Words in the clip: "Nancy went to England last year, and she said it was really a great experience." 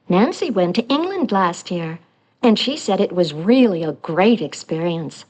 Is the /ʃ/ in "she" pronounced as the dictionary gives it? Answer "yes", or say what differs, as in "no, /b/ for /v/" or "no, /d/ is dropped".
yes